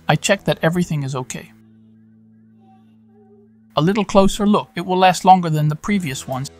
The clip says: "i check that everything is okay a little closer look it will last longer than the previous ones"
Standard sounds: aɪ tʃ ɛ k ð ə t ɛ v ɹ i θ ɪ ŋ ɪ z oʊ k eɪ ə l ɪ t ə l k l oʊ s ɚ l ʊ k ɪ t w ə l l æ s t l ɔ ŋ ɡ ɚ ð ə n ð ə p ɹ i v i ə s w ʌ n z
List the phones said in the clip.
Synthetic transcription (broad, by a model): aɪ tʃ ɛ k ð ə t ɛ v ɹ i θ ɪ ŋ ɪ z oʊ k eɪ ə l ɪ t l k l oʊ s ɚ l ʊ k ɪ t w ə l l æ s t l ɔ ŋ ɡ ɚ ð ə n ð ə p ɹ i v i ə s w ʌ n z